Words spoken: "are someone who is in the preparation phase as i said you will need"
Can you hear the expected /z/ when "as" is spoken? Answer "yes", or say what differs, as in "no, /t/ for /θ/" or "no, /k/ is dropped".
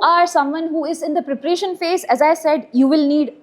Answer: yes